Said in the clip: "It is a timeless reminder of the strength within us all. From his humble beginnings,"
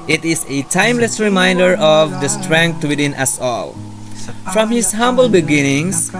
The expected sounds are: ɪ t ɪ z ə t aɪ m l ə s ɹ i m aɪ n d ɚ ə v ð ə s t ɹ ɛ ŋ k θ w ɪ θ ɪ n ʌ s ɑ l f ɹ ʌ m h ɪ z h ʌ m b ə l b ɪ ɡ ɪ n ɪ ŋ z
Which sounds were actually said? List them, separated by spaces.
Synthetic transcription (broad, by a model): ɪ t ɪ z ə t aɪ m l ə s ɹ i m aɪ n d ɚ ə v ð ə s t ɹ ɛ ŋ k t w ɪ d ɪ n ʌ s ɑ l f ɹ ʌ m h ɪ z h ʌ m b ə l b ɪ ɡ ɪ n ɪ ŋ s